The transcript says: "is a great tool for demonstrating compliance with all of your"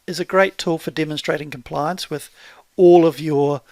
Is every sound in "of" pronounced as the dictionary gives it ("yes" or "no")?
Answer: yes